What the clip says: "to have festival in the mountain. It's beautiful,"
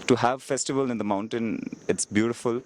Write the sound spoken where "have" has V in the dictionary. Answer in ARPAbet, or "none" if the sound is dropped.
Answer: V